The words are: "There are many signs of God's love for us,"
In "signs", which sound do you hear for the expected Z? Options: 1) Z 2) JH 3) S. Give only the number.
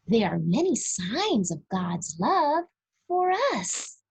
1